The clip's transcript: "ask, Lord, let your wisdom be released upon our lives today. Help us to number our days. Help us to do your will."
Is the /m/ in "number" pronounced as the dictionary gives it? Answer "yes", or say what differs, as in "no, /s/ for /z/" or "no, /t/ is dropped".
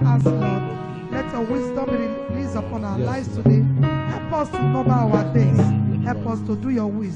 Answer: no, /m/ is dropped